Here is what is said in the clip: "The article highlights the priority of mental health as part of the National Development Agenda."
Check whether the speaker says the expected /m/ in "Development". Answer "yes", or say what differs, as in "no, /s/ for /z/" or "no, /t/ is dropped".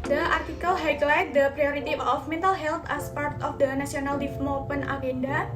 no, /m/ is dropped